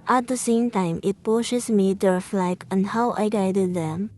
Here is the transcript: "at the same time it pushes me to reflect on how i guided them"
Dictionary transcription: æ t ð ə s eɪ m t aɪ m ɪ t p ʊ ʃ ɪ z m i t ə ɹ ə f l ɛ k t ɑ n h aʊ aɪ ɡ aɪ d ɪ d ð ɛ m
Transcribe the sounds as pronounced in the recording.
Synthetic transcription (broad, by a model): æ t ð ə s eɪ m t aɪ m ɪ t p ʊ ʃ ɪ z m i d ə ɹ f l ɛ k ɑ n h aʊ aɪ ɡ aɪ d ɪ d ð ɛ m